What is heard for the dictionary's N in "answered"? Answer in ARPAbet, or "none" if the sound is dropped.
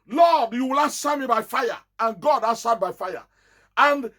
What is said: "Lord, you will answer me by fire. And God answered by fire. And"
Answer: none